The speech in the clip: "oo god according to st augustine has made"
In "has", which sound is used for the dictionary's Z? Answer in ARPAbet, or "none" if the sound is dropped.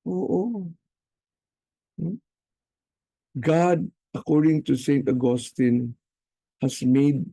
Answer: S